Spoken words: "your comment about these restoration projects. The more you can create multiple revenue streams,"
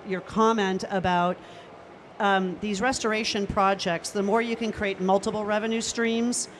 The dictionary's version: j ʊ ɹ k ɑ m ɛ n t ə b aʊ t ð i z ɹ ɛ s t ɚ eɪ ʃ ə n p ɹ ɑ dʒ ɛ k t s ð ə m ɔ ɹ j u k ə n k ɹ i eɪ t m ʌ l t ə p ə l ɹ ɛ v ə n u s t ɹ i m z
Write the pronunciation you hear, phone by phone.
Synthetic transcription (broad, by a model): j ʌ ɹ k ɑ m ɛ n t ə b aʊ t ð i z ɹ ɛ s t ɚ eɪ ʃ ə n p ɹ ɑ dʒ ɛ k t s ð ə m ɔ ɹ j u k ə n k ɹ i eɪ t m ʌ l t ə p l ɹ ɛ v ə n u s t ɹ i m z